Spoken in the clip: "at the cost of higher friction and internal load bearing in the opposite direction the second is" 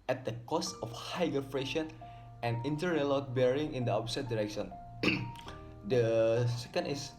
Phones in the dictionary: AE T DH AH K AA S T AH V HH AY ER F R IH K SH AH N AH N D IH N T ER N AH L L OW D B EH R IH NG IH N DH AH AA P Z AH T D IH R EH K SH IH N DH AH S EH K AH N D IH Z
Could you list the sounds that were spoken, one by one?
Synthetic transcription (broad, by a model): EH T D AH K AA S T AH F HH AY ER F R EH SH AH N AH N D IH N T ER AH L L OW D B EH R IH NG IH N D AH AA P S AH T D IH R EH K SH IH N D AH S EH K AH N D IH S